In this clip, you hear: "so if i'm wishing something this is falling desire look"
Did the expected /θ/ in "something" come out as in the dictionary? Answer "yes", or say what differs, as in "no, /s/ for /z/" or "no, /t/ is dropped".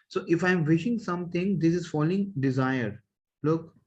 no, /t/ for /θ/